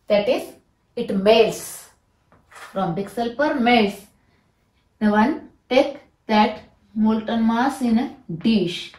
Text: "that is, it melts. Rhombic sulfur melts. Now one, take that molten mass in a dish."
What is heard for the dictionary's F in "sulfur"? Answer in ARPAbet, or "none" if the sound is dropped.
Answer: P